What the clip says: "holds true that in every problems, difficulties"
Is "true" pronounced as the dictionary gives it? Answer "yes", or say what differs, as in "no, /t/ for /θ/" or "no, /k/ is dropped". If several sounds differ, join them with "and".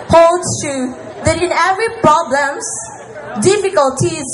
no, /ɹ/ is dropped